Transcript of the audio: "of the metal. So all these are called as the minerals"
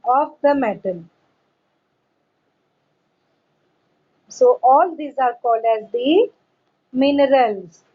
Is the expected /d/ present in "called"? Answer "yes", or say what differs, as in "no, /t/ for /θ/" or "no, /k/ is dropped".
yes